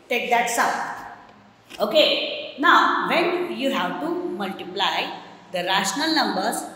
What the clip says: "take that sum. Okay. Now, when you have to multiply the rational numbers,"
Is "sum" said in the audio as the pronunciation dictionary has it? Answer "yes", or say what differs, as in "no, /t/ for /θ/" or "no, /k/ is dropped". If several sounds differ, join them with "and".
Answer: no, /m/ is dropped